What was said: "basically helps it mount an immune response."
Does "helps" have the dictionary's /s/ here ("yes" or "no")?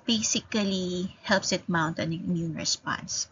yes